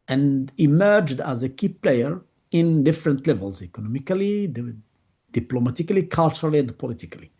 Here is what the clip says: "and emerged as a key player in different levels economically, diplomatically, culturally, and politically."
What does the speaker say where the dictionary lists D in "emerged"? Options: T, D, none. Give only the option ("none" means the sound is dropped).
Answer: D